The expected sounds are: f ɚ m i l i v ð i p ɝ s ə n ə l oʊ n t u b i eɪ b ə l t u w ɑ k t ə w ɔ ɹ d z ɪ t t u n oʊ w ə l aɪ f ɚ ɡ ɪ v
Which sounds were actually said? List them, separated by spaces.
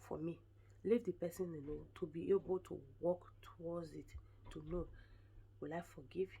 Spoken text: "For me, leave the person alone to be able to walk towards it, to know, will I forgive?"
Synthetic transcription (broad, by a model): f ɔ m i l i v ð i p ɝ s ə n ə n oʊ t u b i eɪ b ə l t u w ɑ k t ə w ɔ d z ɪ t t u n oʊ w ə l aɪ f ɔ ɡ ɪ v